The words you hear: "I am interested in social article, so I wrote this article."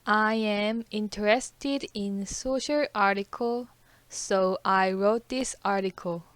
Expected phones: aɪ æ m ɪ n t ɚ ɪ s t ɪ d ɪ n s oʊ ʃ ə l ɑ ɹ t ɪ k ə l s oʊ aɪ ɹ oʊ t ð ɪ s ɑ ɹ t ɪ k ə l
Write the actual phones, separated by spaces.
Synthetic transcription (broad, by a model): aɪ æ m ɪ n t ɚ ɪ s t ɪ d ɪ n s oʊ ʃ ə l ɑ ɹ t ɪ k ə l s oʊ aɪ ɹ oʊ t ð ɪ s ɑ ɹ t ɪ k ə l